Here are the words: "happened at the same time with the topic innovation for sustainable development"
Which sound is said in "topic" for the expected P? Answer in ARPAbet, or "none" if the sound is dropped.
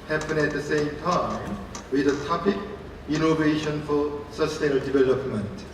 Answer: P